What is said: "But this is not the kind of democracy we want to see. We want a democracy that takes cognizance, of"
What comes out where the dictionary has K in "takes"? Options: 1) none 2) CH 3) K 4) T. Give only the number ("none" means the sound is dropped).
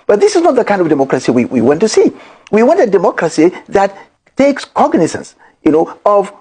3